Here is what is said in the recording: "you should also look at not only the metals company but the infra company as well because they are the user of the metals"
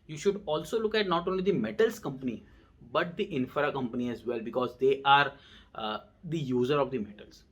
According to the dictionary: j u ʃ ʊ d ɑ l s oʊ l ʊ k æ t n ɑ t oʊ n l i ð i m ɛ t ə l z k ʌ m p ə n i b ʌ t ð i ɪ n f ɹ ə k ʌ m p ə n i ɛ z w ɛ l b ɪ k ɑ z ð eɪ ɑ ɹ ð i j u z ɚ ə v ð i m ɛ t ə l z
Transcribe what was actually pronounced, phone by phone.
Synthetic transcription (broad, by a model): j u ʃ ʊ d ɑ l s oʊ l ʊ k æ t n ɑ t oʊ n l i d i m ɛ t ə l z k ʌ m p ə n i b ʌ t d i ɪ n f ɹ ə k ʌ m p ə n i ɛ z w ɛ l b ɪ k ɑ z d eɪ ɑ ɹ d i j u z ɚ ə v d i m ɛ t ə l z